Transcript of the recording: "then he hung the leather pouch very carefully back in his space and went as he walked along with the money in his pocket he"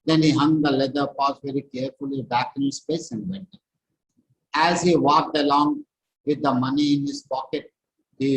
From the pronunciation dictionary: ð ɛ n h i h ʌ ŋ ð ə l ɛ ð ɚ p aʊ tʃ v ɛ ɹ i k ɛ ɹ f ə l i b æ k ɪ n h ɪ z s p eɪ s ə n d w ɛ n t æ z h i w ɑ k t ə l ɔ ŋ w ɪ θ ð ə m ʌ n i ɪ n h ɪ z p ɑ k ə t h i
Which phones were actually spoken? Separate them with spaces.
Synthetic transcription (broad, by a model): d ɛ n h i h ʌ ŋ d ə l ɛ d ɚ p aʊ s v ɛ ɹ i k ɛ ɹ f ə l i b æ k ɪ n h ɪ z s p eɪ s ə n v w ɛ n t æ z h i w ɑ k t ə l ɔ ŋ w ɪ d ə m ʌ n i ɪ n h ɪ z p ɑ k ə t h i